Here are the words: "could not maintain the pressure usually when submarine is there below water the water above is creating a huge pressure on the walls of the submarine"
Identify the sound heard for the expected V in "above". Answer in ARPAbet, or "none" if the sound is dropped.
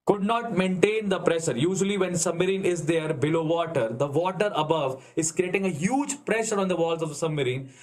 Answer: V